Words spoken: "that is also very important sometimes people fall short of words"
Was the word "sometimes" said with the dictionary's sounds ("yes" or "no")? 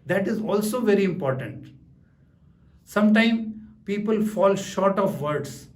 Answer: no